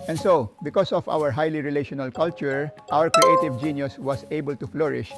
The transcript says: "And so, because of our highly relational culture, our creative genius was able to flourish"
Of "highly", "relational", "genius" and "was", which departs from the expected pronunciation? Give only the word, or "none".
was